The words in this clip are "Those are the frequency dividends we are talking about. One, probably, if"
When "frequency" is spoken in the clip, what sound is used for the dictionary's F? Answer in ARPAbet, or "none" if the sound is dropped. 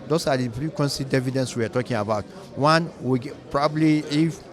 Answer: P